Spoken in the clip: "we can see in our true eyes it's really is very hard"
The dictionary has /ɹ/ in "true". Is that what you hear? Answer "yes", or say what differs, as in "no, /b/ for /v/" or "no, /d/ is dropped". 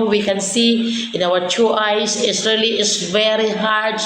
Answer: no, /ɹ/ is dropped